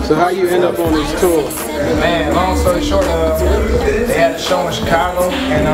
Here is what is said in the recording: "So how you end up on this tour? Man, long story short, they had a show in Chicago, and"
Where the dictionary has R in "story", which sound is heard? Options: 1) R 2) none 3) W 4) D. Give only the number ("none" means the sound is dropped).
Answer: 2